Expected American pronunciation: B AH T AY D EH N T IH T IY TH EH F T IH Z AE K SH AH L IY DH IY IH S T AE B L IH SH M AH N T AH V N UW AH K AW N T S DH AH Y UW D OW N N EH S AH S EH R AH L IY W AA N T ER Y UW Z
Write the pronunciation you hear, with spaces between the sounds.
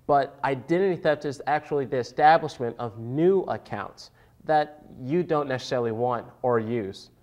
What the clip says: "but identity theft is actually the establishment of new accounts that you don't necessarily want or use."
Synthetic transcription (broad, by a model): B AH T AY D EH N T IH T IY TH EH P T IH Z AE K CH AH L IY DH IY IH S T AE B L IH SH M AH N T AH V N UW AH K AW N T S DH AH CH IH D OW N N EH S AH S EH R L IY W AA N T ER Y UW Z